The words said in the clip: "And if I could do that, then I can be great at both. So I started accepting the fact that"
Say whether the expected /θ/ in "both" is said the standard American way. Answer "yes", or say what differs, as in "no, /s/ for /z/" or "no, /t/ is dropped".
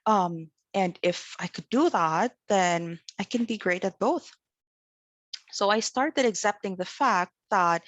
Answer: yes